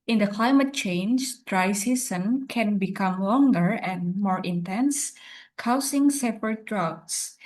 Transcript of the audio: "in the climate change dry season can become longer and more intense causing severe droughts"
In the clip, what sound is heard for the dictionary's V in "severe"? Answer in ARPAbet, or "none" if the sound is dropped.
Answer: P